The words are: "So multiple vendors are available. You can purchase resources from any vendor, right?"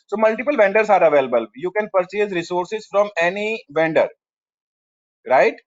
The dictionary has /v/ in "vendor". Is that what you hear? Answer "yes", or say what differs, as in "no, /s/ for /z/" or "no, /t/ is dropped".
yes